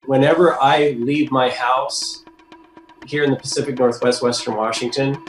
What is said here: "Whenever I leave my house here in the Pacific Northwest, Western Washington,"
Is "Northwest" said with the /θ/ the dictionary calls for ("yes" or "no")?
yes